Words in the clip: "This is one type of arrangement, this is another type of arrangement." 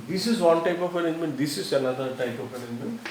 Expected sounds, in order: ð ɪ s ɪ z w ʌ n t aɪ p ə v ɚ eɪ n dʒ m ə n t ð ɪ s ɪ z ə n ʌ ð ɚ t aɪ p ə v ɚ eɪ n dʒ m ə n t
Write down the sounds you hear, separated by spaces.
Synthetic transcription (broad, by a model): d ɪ s ɪ z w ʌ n t aɪ p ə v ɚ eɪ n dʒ m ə n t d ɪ s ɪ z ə l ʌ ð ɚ t aɪ p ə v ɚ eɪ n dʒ m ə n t